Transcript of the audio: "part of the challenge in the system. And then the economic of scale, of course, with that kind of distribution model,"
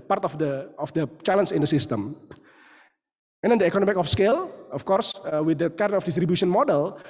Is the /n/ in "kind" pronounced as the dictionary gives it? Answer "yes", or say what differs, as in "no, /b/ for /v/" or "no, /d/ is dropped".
no, /n/ is dropped